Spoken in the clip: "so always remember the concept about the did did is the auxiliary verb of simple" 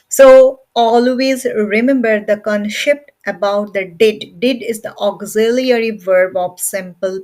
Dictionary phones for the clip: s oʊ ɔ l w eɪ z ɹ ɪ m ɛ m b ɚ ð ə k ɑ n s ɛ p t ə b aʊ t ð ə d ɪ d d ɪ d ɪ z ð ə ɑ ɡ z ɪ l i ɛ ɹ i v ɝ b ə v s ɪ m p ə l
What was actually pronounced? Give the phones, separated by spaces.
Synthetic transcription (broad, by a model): s oʊ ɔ l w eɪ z ɹ ɪ m ɛ m b ɚ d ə k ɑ n ʃ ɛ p t ə b aʊ t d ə d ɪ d d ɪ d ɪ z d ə ɑ ɡ z ɪ l i ɛ ɹ i v ɝ b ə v s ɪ m p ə l